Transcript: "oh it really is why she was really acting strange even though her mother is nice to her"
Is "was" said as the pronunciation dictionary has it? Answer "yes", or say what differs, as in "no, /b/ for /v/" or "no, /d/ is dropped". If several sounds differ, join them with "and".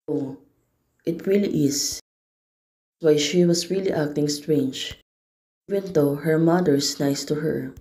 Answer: no, /s/ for /z/